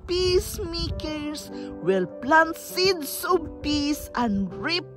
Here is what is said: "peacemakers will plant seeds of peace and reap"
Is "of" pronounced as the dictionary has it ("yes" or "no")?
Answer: no